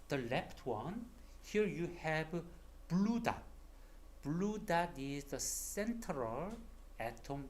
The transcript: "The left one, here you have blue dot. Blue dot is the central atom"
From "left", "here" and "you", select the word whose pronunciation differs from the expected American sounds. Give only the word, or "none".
left